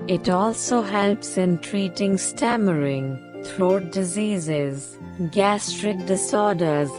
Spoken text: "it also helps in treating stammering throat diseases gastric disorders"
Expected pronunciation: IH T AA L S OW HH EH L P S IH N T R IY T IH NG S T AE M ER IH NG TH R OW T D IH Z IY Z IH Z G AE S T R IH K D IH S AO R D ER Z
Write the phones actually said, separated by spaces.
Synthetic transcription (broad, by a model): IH T AA L S OW HH EH L P S IH N T R IY T IH NG S T AE M ER IH NG T R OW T D IH Z IY Z IH Z G AE S T R IH K D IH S AO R D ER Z